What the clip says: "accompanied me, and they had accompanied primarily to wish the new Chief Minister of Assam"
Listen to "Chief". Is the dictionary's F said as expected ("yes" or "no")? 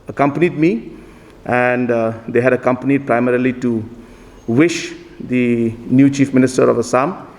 yes